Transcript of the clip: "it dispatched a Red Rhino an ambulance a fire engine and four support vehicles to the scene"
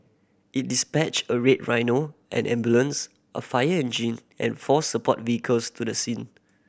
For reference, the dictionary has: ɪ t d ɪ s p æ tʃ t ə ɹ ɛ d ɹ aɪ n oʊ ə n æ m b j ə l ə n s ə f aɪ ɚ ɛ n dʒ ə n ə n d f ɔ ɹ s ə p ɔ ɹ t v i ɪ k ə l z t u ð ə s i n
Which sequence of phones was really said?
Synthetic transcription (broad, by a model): ɪ t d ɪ s p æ tʃ ə ɹ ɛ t ɹ aɪ n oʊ ə n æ m b j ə l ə n s ə f aɪ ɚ ɛ n dʒ ə n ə n f ɔ s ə p ɔ t v i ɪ k ə l s t u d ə s i n